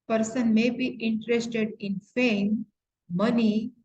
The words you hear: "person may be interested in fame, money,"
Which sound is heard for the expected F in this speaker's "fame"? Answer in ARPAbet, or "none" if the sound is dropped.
F